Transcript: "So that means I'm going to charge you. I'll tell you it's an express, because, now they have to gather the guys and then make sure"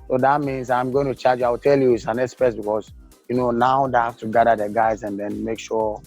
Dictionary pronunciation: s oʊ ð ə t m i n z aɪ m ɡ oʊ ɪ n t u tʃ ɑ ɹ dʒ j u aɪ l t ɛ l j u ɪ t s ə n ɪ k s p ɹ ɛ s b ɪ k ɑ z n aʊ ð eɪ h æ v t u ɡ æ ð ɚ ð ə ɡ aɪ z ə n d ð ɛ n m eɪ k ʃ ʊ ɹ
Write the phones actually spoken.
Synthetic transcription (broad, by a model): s oʊ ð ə t m i n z aɪ m ɡ oʊ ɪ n t u tʃ ɑ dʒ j aɪ w t ɛ l j u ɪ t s ə n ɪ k s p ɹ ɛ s b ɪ k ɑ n n aʊ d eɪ h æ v t u ɡ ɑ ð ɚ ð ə ɡ aɪ z ə n d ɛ n m eɪ k ʃ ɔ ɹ